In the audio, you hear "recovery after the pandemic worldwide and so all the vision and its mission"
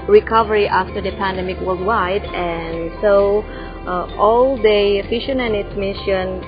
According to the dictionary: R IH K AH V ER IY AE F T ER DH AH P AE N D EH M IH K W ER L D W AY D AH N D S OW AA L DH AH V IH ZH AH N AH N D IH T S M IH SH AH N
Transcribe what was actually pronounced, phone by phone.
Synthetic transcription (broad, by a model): R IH K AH V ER IY AE F T ER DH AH P AE N D EH M IH K W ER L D W AY D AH N S OW AA L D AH F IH SH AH N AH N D IH T S M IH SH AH N